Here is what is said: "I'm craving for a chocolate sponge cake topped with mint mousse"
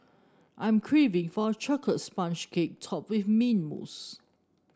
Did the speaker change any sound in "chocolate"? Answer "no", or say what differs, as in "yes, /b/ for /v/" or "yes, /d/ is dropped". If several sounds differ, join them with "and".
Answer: yes, /l/ is dropped